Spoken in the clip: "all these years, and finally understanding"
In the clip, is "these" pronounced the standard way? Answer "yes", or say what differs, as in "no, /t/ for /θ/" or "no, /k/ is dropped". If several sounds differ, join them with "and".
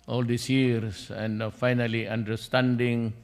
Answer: no, /s/ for /z/